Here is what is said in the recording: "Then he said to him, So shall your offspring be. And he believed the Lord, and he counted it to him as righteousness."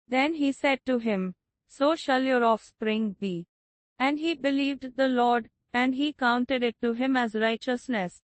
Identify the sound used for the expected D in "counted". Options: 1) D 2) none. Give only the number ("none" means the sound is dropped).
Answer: 1